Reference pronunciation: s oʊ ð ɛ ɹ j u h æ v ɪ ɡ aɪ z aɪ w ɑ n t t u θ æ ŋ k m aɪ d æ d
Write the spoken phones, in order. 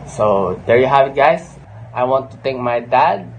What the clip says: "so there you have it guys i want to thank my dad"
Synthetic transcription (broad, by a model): s oʊ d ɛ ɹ j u h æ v ɪ ɡ aɪ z aɪ w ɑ n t t u t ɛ ŋ k m aɪ d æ d